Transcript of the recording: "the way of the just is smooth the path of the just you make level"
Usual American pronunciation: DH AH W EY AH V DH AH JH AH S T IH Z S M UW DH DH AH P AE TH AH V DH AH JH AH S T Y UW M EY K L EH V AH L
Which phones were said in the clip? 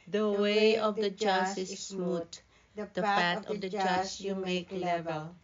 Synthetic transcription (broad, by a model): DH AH W EY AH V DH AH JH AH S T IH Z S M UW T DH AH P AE T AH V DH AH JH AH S Y UW M EY K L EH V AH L